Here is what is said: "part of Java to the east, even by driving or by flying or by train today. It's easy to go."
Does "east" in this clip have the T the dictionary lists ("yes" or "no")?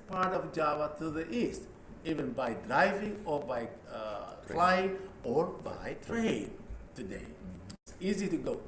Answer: yes